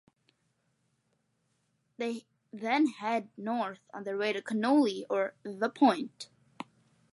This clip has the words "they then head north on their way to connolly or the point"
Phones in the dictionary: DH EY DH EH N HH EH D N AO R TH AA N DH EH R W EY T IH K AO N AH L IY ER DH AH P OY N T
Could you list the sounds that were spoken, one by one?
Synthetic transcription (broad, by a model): DH EY DH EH N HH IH D N AO R TH N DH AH R W EY T IH K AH N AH L IY ER DH AH P OY N T